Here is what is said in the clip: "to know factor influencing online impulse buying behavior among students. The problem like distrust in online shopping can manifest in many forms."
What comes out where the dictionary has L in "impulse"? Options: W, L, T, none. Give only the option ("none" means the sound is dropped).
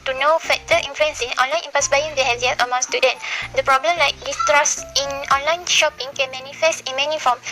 none